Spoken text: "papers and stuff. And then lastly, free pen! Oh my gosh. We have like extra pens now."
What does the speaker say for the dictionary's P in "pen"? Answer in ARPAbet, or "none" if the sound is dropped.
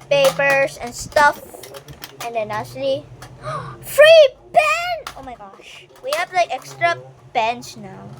B